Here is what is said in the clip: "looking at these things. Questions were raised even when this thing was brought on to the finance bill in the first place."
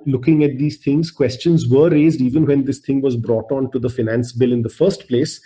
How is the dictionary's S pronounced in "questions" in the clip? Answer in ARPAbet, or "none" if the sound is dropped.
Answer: S